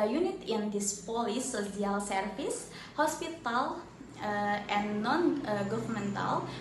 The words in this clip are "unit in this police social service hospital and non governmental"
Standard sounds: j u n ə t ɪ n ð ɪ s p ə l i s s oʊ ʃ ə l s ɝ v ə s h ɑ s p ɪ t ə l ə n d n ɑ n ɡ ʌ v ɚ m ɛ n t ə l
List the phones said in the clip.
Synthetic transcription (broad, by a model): j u n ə t ɪ n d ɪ s p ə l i s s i ə l s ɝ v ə s h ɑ s p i t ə l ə n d n ɑ n ɡ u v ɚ m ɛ n t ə l